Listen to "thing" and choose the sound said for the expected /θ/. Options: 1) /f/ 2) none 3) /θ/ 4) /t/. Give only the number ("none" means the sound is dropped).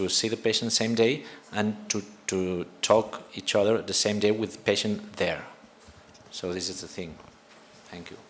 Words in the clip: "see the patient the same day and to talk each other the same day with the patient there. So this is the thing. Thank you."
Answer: 3